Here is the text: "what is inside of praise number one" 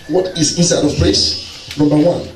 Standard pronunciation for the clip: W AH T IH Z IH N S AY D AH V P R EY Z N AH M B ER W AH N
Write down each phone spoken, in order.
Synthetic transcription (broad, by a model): W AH T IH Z IH N S AY D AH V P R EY S N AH M B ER W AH N